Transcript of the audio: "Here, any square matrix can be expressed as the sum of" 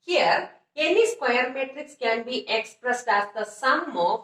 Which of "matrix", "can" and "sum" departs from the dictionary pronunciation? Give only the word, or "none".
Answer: none